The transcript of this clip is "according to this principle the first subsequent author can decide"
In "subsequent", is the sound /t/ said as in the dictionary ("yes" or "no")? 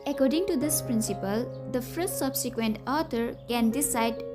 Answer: yes